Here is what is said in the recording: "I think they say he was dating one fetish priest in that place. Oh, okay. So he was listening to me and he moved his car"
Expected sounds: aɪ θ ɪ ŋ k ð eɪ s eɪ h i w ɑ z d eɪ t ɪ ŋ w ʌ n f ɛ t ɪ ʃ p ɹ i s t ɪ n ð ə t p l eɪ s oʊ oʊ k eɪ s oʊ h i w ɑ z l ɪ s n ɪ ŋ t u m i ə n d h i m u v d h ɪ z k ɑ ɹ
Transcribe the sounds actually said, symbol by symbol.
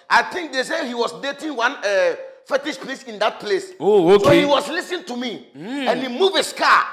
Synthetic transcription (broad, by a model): aɪ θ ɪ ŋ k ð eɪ s eɪ h i w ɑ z d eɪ t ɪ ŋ w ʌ n f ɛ t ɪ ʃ p l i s ɪ n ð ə t p l eɪ s oʊ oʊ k s oʊ h i w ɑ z l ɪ s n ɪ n t u m i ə n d h i m u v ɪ s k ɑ